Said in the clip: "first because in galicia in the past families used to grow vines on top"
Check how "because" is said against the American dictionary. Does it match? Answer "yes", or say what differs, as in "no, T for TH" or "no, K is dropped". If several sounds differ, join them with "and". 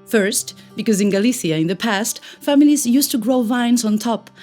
yes